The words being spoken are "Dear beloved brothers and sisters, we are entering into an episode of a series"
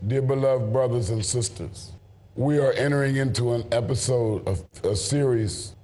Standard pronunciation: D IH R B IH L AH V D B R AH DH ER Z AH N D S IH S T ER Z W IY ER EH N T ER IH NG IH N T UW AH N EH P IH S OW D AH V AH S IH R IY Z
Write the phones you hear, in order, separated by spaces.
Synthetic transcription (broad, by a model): D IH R B IH L AH V D B R AH DH ER Z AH N S IH S T ER Z W IY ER EH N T ER IH NG IH N T UW AH N EH P IH S OW D AH V AH S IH R IY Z